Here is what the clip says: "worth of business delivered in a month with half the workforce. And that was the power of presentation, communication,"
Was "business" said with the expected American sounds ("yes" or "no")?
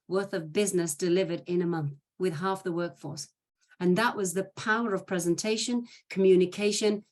yes